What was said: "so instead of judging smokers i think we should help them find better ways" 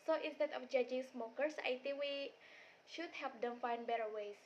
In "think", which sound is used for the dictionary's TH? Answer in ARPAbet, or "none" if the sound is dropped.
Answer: T